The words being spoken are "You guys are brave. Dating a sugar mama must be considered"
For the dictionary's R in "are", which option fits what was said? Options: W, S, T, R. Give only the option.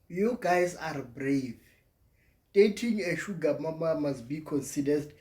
R